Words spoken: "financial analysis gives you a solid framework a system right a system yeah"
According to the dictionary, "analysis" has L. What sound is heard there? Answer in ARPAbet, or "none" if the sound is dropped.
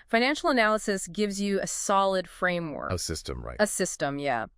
L